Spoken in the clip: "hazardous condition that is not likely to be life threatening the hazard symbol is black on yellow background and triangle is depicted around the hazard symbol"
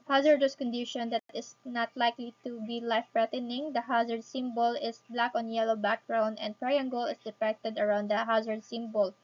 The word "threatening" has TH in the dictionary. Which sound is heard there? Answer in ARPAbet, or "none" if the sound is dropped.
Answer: F